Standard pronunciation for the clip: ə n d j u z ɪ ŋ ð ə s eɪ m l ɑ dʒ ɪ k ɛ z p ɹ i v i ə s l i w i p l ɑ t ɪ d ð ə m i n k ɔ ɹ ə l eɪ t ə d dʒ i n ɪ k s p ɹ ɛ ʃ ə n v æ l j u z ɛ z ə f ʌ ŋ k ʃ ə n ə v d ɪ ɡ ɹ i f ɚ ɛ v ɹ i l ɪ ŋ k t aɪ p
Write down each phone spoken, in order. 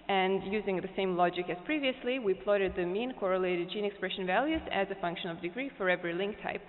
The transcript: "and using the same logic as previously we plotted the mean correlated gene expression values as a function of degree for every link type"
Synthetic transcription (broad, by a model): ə n j u z ɪ ŋ ð ə s eɪ m l ɑ dʒ ɪ k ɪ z p ɹ i v i ə s l i w i p l ɑ t ɪ d ð ə m i n k ɔ ɹ ə l eɪ t ə d dʒ i n ɪ k s p ɹ ɛ ʃ ə n v æ l j u z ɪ z ə f ʌ ŋ k ʃ ə n ə v d ɪ ɡ ɹ i f ɚ ɛ v ɹ i l ɪ ŋ k t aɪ p